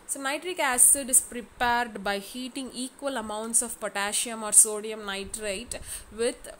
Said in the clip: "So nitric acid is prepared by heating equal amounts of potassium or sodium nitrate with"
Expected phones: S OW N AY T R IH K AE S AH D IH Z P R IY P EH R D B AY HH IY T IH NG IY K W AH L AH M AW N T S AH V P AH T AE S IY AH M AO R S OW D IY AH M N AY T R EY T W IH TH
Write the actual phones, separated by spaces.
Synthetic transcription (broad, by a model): S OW N AY T R IH K AE S AH D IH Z P R IY P EH R D B AY HH IY T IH NG IY K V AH L AH M AW N T S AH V P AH T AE SH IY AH M AO R S OW D IY AH M N AY T R EY T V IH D